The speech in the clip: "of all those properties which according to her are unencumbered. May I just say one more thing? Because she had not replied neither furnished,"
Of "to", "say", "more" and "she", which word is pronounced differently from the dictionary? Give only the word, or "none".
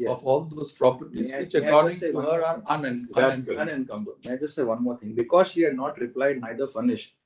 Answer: to